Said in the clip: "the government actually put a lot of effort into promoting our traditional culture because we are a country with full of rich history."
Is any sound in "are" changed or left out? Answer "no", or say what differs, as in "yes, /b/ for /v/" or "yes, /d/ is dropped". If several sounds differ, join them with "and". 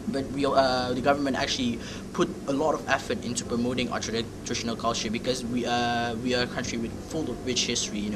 yes, /w/ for /ɹ/